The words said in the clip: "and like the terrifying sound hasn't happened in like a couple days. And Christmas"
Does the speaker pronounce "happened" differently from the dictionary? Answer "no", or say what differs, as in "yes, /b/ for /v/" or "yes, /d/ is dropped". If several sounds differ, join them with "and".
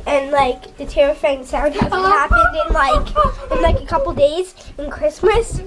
yes, /p/ is dropped